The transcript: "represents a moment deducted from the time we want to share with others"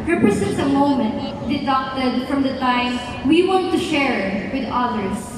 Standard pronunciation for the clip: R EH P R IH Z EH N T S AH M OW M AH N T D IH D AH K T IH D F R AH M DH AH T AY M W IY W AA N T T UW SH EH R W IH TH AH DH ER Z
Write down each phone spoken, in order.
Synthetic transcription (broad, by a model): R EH P R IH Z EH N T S AH M OW M AH N T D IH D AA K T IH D F R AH M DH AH T AY M W IY W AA N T T UW SH EH R W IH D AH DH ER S